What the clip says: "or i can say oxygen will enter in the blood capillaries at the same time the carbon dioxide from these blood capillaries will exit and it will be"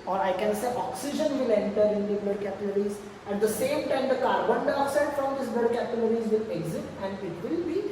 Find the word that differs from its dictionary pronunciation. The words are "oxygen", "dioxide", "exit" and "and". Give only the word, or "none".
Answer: dioxide